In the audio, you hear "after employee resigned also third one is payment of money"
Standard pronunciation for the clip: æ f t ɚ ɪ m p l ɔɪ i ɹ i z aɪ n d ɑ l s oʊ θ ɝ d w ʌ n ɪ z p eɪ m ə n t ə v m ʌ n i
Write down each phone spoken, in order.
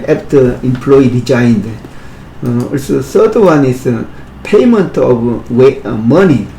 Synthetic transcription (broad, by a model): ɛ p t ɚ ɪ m p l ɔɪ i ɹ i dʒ aɪ n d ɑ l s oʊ s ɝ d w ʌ n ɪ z p eɪ m ə n t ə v m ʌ n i